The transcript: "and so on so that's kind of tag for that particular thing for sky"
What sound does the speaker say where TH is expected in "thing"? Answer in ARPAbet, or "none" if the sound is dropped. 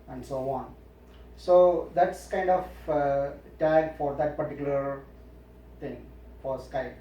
T